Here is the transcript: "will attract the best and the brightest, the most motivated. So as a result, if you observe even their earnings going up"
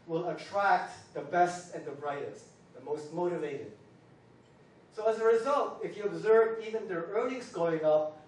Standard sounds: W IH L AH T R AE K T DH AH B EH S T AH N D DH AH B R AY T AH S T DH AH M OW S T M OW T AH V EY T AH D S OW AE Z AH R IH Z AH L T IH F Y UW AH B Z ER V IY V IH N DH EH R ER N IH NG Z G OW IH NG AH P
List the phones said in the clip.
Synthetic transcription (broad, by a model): W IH L AH T R AE K T DH AH B EH S T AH N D DH AH B R AY T AH S T DH AH M OW S T M OW T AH V EY T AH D S OW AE Z AH R IH Z AH L T IH F Y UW AH B Z ER V IY V IH N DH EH R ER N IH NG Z G OW IH NG AH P